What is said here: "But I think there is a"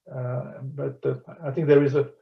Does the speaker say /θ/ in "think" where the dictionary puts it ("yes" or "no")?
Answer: no